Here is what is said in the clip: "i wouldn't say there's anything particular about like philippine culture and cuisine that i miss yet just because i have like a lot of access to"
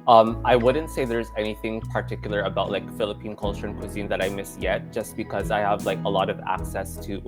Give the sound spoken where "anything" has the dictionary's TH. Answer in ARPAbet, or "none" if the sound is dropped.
TH